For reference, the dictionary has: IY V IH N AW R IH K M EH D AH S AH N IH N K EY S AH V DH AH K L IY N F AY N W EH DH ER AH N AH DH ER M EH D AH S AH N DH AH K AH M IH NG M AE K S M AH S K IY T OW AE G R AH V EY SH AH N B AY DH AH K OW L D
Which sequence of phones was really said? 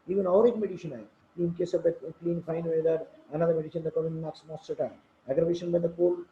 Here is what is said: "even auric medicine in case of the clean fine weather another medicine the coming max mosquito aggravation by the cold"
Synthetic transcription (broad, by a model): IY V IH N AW R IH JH M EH D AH SH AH N IH N K EY S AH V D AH K L IY N F AY N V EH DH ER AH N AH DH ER M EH D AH SH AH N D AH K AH IH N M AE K S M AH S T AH T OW AE G R AH V EY SH AH N B AY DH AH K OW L